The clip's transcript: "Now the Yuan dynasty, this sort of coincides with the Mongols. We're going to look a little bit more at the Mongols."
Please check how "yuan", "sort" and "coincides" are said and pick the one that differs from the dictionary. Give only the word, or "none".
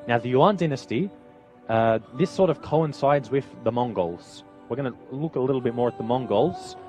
none